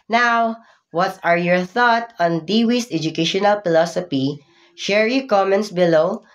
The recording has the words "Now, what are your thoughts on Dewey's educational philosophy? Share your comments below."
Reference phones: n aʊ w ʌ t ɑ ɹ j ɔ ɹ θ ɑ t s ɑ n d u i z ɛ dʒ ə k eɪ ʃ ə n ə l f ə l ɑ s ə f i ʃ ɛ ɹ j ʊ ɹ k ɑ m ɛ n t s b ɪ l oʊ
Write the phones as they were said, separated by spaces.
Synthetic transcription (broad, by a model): n aʊ w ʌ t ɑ ɹ j ɔ ɹ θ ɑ t ɑ n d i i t ɛ dʒ ə k eɪ ʃ ə n ə l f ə l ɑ s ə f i ʃ ɛ ɹ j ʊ k ɑ m ɛ n t s b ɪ l oʊ